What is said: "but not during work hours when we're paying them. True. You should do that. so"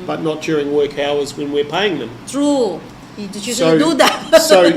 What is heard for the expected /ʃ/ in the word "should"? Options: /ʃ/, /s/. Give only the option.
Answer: /s/